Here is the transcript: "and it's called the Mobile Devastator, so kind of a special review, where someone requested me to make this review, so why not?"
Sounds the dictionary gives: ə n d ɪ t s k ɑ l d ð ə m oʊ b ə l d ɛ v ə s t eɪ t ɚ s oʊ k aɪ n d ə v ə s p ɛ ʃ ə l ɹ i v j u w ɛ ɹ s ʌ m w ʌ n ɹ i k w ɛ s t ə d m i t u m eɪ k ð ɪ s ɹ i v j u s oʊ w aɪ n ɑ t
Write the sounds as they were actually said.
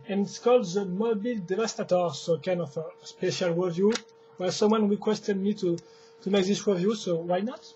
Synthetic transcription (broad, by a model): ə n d ɪ t s k ɑ l d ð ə m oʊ b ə l d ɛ v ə s t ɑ t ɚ s oʊ k aɪ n d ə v ə s p ɛ ʃ ə l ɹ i v j u w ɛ l s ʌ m w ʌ n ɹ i k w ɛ s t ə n m i t u m eɪ k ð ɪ s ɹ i v j u s oʊ w aɪ n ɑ t